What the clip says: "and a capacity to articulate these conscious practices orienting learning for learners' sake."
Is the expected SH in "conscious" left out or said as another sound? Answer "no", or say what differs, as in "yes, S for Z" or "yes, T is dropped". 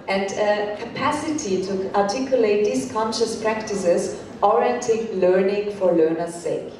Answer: no